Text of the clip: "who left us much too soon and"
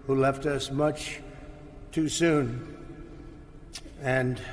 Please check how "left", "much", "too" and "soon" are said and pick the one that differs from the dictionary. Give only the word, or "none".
none